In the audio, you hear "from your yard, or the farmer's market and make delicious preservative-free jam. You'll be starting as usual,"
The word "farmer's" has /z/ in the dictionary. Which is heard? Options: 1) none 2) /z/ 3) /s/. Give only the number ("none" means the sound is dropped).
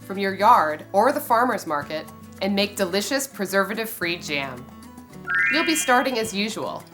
2